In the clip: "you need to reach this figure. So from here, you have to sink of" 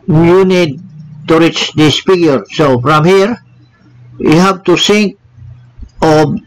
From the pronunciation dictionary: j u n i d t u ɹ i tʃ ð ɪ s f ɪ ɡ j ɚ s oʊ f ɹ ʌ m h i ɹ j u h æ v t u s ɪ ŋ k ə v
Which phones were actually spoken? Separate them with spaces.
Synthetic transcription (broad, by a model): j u n i d t u ɹ i tʃ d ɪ s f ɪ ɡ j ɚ s oʊ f ɹ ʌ m h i ɹ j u h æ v t u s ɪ ŋ k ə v